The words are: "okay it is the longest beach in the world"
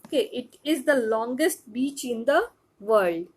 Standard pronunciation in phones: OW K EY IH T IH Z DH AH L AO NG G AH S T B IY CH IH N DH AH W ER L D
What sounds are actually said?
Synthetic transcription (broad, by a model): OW K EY IH T IH Z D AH L AO NG G AH S T B IY CH IH N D AH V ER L D